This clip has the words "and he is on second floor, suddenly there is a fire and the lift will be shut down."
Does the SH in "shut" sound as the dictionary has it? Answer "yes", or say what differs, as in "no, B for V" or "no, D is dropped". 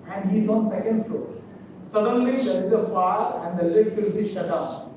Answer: yes